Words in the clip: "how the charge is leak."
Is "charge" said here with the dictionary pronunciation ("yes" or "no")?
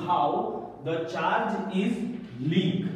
yes